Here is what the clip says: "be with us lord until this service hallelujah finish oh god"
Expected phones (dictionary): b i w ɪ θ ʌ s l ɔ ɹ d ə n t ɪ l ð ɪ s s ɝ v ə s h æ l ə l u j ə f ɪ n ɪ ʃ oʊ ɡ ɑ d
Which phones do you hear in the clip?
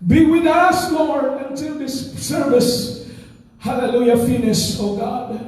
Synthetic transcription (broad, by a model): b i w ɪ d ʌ s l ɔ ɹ ə n t ɪ l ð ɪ s s ɝ v ə s h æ l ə l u j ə f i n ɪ s oʊ ɡ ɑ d